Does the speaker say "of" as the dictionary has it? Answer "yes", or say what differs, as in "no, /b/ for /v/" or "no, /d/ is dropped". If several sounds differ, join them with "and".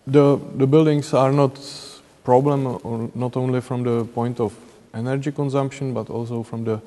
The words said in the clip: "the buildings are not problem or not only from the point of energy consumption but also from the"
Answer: no, /f/ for /v/